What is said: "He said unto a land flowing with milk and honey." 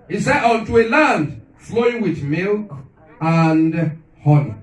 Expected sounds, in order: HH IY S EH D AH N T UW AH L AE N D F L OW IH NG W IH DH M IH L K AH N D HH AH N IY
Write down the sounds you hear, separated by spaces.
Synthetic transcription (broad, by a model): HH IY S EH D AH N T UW AH L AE N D F L OW IH NG W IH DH M IH L K AH N D HH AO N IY